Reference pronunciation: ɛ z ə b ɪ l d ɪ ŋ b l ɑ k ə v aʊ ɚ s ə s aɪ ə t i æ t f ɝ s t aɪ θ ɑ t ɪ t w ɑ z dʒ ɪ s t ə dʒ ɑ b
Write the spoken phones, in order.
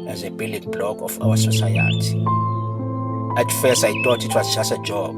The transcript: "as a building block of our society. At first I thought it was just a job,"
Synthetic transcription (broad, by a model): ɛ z ə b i l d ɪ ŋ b l ɑ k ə f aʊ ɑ s ə s aɪ ə t i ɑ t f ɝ s aɪ t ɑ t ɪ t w ɑ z tʃ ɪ s ə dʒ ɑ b